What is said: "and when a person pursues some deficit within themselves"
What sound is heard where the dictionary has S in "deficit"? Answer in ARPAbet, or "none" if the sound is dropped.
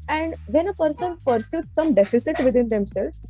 S